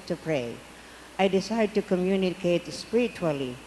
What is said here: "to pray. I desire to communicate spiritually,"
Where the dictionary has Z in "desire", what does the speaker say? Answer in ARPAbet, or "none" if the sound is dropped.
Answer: S